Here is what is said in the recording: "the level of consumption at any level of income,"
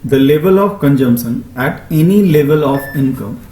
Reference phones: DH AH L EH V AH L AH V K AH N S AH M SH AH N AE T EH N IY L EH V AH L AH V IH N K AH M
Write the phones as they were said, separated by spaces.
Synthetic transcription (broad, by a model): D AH L EH V AH L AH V K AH N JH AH M S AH N AE T EH N IY L EH V AH L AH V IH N K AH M